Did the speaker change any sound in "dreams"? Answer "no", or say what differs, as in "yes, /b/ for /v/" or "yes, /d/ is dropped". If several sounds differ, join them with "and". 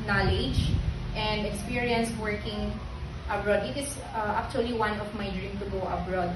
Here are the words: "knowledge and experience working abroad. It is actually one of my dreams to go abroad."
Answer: yes, /z/ is dropped